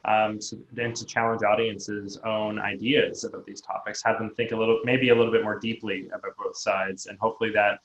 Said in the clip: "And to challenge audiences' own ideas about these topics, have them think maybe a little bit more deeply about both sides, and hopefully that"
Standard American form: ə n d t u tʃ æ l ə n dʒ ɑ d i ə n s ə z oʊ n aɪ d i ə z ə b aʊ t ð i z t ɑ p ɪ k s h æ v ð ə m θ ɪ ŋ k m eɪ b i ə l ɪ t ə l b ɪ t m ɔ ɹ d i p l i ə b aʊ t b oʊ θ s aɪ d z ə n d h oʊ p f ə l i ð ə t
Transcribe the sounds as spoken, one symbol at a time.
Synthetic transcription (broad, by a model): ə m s t u tʃ æ l ə n dʒ ɑ d i ə n s ə z oʊ n aɪ d i ə z ə b aʊ t ð i z t ɑ p ɪ k s h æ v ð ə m θ ɪ ŋ k m eɪ b i ə l ɪ t l b ɪ t m ɔ ɹ d i p l i ə b aʊ t b oʊ θ s aɪ d z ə n h oʊ p f l i ð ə t